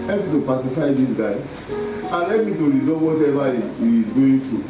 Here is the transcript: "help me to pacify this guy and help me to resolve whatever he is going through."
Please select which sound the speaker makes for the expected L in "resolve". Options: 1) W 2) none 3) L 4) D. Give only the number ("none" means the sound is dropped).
2